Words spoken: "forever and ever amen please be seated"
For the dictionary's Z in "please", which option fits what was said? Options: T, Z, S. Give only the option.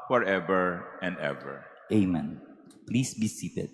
S